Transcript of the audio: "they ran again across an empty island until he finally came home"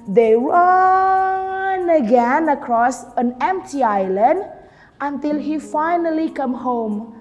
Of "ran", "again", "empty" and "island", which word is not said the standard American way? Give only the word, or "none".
ran